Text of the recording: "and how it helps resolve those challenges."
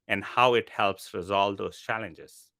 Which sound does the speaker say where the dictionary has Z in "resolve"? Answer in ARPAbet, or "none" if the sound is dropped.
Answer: Z